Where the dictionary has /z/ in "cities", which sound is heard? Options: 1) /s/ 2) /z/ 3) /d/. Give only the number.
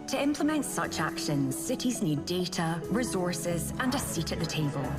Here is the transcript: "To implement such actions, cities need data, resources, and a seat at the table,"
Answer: 2